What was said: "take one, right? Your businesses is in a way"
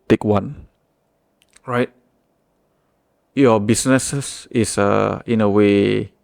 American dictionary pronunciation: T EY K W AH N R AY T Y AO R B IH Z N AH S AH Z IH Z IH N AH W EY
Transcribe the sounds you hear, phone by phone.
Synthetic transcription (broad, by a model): T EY K W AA N R AY T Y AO B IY S N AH S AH S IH S IH N AH W EY